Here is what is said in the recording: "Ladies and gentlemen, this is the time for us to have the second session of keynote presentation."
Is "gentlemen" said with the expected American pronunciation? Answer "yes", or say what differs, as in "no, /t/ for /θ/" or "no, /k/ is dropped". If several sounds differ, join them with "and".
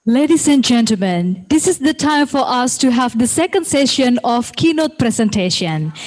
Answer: yes